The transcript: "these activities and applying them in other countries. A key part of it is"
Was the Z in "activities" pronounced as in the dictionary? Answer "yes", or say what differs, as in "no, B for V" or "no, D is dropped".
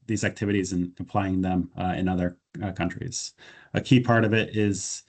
yes